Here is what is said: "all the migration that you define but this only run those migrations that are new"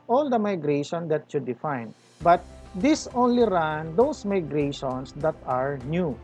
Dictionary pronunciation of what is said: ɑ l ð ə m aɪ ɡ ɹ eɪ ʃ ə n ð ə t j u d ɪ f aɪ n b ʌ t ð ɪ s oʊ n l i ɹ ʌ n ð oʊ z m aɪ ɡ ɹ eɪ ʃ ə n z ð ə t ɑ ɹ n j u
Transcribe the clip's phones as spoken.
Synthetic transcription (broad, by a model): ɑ l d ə m aɪ ɡ ɹ eɪ ʃ ə n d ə t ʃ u d ɪ f aɪ n b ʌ t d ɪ s oʊ n l i ɹ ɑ n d oʊ s m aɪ ɡ ɹ eɪ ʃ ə n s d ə t ɑ ɹ n j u